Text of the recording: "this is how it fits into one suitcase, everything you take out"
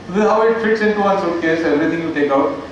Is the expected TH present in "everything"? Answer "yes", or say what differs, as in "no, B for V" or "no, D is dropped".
no, T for TH